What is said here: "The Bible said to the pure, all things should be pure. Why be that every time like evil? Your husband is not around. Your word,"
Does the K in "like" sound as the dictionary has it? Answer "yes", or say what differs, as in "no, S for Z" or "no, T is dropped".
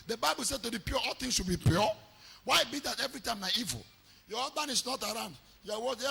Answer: no, K is dropped